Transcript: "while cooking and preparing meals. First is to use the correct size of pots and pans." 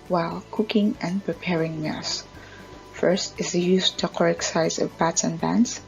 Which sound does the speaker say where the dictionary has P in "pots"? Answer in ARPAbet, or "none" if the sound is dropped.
B